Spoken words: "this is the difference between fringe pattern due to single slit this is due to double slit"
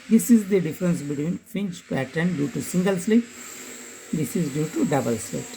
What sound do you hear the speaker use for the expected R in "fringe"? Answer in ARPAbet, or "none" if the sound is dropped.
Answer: none